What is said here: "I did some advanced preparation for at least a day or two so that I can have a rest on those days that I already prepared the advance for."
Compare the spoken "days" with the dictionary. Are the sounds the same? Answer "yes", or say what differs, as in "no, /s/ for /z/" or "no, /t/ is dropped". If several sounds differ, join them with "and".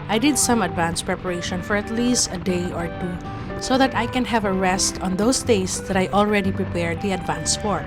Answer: no, /s/ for /z/